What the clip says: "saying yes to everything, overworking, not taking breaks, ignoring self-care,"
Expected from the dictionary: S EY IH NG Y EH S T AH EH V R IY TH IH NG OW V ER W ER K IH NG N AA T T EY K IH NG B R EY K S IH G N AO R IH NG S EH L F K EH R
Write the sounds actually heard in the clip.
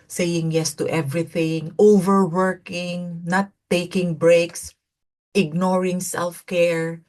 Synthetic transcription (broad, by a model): S EY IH NG Y EH S T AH EH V R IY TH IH NG OW V ER W ER K IH NG N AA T T EY K IH NG B R EY K S IH G N AO R IH NG S EH L F K EH R